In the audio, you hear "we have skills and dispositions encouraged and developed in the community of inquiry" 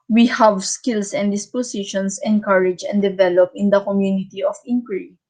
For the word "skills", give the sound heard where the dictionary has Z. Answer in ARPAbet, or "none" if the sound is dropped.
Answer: S